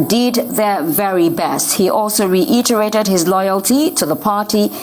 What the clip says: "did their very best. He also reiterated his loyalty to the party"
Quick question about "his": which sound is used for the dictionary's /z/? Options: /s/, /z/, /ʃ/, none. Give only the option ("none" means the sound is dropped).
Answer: /z/